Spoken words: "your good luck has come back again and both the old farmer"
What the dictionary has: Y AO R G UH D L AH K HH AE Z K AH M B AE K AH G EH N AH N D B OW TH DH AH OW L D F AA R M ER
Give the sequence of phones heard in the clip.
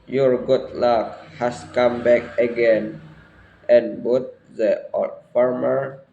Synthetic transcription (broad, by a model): Y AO R G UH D L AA K HH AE S K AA M B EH K AH G EH N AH N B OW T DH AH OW D F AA R M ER